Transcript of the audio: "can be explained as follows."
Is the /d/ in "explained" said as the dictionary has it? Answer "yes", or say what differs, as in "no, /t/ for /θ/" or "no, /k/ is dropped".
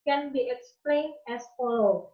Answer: no, /d/ is dropped